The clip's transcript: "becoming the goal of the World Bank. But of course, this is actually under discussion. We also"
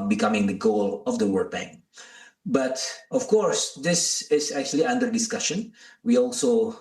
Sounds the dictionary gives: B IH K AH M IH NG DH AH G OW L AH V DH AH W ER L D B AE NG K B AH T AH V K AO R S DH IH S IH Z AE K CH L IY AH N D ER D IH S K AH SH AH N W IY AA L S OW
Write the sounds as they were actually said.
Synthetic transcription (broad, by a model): B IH K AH M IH NG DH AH G OW L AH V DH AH W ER D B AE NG B AH T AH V K AO R S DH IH S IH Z AE K CH L IY AH N D ER D IH S K AH SH AH N W IY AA L S OW